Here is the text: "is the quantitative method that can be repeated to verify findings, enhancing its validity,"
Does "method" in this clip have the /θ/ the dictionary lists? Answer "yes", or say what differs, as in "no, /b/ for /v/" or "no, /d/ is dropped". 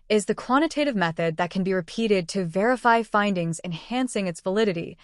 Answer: yes